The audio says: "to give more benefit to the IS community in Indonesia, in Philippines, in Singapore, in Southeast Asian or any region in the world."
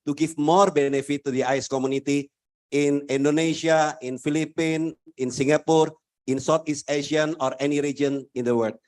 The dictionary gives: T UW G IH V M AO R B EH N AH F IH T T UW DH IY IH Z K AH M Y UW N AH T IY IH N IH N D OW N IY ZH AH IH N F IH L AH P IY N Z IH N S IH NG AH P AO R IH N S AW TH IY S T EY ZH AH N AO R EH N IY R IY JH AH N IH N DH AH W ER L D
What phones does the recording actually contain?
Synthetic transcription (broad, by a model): T UW G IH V M AO R B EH N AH F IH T T UW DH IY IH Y K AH M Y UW N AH T IY IH N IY N D OW N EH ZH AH IH N F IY L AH P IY N IH N S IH NG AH P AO R IH N S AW T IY S T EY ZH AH N AO R EH N IY R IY JH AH N IH N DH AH W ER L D